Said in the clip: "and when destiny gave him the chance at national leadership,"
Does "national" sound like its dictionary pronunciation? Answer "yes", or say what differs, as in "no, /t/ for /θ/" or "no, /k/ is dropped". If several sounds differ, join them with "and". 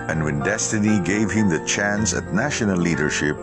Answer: no, /n/ is dropped and /n/ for /l/